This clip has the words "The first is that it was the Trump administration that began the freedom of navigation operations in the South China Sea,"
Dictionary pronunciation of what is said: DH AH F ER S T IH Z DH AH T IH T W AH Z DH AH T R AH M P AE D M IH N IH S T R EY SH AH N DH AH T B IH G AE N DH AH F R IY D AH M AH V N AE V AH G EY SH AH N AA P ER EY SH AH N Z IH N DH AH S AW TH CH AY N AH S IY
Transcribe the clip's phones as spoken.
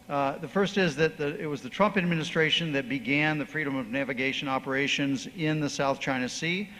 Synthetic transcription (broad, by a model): DH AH F ER S T IH Z DH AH T IH T W AH Z DH AH T R AH M P AE D M IH N IH S T R EY SH AH N DH AH T B IH G AE N DH AH F R IY D AH M AH V N AE V AH G EY SH AH N AA P ER EY SH AH N Z IH N DH AH S AW TH CH AY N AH S IY